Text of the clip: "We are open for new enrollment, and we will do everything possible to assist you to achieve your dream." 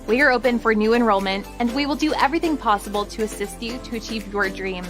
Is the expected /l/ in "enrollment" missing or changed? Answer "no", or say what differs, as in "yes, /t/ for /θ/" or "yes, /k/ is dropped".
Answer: no